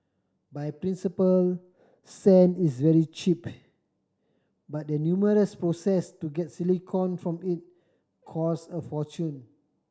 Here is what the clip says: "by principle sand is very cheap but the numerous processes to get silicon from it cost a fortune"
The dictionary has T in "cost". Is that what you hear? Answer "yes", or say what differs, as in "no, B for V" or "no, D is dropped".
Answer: no, T is dropped